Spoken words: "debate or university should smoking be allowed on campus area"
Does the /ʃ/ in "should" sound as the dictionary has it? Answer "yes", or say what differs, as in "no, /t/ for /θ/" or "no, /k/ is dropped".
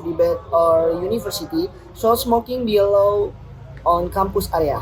no, /s/ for /ʃ/